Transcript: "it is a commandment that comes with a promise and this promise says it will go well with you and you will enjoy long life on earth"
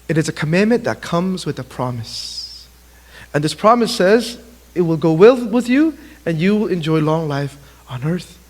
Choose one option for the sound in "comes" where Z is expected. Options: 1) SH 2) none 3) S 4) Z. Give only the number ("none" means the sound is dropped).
4